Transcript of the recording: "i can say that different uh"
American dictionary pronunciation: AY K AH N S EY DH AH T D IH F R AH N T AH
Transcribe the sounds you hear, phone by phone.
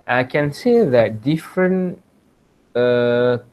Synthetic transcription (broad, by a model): AY K AH N S EY DH AH T D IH F R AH N AH